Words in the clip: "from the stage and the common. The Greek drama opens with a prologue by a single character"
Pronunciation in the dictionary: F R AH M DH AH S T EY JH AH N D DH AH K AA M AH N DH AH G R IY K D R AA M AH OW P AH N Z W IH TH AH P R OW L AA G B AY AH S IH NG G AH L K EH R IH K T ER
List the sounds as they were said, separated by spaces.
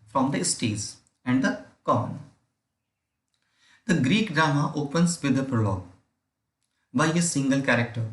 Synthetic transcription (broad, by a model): F R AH M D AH S T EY Z AH N D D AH K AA N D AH G R IY K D R AA M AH OW P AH N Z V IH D AH P R OW L AA G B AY AH S IH NG G AH L K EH R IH K T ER